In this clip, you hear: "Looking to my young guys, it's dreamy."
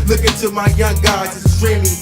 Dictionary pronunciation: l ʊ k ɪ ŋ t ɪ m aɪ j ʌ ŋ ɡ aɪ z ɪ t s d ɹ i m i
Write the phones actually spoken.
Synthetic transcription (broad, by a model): l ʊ k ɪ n t ɪ m aɪ j ʌ ŋ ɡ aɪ ɪ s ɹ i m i